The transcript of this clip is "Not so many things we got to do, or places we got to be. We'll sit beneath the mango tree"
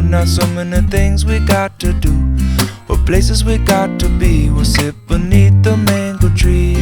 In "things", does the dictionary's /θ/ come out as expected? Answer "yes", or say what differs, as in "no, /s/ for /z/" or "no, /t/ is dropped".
yes